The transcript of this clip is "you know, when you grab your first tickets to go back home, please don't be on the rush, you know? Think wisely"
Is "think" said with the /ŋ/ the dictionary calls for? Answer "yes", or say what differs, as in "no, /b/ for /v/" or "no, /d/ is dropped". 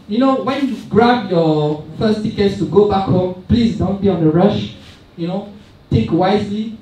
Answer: no, /ŋ/ is dropped